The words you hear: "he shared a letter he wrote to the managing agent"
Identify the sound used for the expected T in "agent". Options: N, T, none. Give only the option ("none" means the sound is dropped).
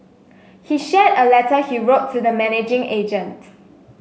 T